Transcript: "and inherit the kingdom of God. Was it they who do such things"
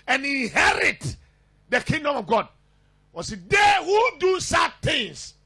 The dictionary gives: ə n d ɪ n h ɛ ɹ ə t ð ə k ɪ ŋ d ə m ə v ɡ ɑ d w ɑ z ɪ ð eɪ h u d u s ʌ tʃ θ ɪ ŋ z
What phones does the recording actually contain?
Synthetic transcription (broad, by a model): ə n ɪ n h ɛ ɹ ə t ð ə k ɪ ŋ d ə m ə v ɡ ɑ d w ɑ s ɪ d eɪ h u d u s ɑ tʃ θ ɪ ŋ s